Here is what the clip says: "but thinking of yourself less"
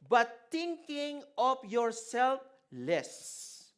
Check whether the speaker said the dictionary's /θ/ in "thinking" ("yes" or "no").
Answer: no